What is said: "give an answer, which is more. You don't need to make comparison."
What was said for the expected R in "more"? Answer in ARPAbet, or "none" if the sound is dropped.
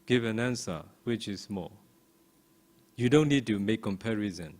L